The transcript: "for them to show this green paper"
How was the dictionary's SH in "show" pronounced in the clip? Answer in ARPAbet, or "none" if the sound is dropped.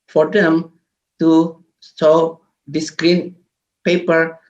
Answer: S